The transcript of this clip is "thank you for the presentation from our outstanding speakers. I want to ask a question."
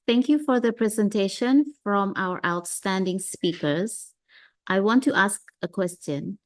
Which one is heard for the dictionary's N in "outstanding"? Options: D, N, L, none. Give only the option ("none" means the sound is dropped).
N